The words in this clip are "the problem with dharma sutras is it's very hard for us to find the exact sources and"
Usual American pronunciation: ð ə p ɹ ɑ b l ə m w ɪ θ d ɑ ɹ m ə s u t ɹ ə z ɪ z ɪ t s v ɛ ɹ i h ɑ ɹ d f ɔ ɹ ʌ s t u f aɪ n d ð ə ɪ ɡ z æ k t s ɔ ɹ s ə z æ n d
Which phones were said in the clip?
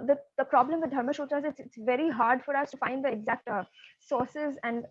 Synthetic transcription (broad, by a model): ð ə p ɹ ɑ b l ə m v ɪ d d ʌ ɹ m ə ʃ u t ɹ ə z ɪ s ɪ t s v ɛ ɹ i h ɑ ɹ d f ɔ ɹ ʌ s t u f aɪ n d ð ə ɪ ɡ z æ k t s ɔ ɹ s ə z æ n d